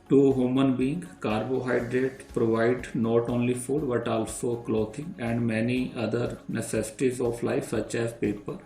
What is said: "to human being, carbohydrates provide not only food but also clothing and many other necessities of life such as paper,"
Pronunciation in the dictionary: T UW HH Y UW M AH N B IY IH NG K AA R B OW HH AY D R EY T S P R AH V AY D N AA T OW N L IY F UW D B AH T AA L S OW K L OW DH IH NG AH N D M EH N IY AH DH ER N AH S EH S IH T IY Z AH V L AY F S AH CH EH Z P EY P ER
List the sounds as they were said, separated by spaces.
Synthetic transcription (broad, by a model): T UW HH Y UW M AH N B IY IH NG K AA R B OW HH AY D R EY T P R AH V AY D N AA T OW N L IY F UW D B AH T AA L S OW K L OW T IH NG AH N D M EH N IY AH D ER N AH S EH S IH T IY Z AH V L AY F S AH CH EH Z P EY P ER